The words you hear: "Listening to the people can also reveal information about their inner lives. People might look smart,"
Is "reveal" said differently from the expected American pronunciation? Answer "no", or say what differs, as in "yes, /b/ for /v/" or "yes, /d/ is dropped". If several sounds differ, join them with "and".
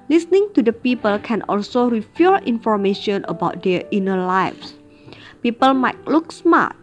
yes, /f/ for /v/